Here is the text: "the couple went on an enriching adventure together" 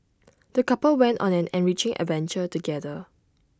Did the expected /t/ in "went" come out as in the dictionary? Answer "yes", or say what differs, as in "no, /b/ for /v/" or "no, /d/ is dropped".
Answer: yes